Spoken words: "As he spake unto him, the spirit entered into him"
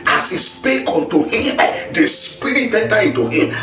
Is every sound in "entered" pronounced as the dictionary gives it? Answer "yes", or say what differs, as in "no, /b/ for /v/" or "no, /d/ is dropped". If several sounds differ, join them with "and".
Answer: no, /d/ is dropped